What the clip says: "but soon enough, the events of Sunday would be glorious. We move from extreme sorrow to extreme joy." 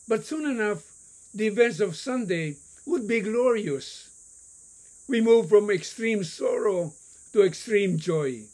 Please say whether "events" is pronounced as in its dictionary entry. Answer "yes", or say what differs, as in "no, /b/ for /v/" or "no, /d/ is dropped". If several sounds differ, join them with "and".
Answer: yes